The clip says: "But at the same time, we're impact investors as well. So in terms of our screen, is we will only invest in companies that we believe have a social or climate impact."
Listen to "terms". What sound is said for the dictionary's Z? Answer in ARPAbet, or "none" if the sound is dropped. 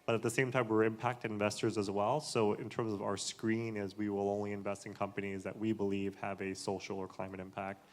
Z